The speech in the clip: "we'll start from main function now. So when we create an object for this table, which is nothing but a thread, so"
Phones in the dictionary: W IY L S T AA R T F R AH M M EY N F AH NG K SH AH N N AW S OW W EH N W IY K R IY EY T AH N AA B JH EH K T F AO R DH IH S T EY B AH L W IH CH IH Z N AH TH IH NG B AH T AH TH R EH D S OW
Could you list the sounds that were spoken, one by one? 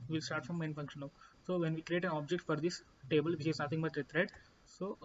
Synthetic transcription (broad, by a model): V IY L S T AA R T F R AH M M EY N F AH NG K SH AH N N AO S OW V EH N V IY K R IY EY T AH N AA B JH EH K T F AO R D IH S T EY B AH L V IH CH IH Z N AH T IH NG B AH T AH T R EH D S OW